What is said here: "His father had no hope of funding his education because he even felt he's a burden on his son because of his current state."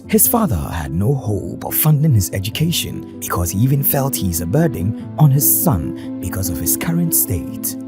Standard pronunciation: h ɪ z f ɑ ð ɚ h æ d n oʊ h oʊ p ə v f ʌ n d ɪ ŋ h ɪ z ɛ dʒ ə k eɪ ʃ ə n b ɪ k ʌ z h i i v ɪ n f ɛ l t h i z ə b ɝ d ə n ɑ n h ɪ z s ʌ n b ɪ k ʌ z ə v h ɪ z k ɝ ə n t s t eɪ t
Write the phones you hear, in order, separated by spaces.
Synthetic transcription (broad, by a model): h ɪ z f ɑ ð ɚ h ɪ d n oʊ h oʊ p ə v f ʌ n d ɪ ŋ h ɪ z ɛ dʒ ə k eɪ ʃ ə n b ɪ k ʌ z h i i v ɪ n f ɛ l t h i z ə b ɝ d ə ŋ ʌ n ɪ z s ʌ n b ɪ k ʌ z ə v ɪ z k ɝ ə n t s t eɪ t